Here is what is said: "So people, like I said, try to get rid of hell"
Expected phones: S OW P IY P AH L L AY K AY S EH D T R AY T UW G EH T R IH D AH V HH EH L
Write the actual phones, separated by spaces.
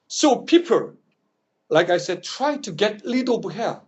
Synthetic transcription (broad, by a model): S OW P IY P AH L L AY K AY S EH D T R AY T UW G EH T L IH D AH B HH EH